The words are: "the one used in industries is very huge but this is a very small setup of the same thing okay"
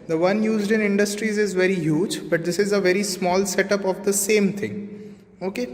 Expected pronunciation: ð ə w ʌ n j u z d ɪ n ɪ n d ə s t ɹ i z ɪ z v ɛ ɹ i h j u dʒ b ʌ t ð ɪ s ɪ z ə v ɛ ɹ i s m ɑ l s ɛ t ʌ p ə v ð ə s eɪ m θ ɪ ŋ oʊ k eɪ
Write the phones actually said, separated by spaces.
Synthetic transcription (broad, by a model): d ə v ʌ n j u z d ɪ n ɪ n d ə s t ɹ i z ɪ z v ɛ ɹ i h j u dʒ b ʌ t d ɪ s ɪ z ə v ɛ ɹ i s m ɑ l s ɛ t ʌ p ə v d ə s eɪ m t ɪ ŋ oʊ k eɪ